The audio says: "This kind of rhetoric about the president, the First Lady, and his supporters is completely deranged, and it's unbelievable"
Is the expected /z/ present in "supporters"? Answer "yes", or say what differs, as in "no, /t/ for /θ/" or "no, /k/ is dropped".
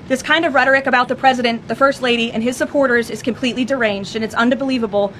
yes